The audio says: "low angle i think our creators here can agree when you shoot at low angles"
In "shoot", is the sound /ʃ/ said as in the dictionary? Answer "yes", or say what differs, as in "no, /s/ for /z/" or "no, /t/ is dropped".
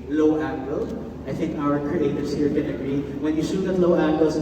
no, /s/ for /ʃ/